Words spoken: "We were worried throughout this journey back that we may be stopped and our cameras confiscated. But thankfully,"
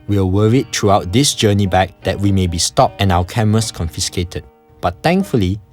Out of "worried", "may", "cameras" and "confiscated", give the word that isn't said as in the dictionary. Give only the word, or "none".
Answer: cameras